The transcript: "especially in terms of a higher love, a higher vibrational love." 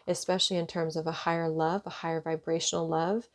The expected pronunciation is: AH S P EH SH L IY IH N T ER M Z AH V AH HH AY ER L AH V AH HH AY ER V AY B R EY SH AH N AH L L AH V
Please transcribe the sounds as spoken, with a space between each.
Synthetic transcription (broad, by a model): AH S P EH SH L IY IH N T ER M Z AH V AH HH AY ER L AH V AH HH AY ER V AY B R EY SH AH N L L AH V